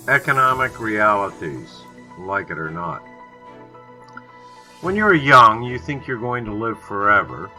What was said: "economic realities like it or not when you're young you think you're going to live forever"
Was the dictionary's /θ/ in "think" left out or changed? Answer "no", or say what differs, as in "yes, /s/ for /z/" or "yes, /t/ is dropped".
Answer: no